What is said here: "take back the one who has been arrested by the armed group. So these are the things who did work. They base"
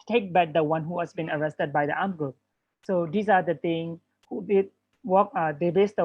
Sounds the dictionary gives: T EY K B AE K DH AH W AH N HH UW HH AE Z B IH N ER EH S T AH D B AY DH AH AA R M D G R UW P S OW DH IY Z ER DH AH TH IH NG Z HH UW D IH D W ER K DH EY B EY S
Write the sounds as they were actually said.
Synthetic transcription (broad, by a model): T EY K B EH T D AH W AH N HH UW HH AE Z B IH N ER EH S T AH D B AY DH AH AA M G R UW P S OW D IY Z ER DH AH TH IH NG HH UW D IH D W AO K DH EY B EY S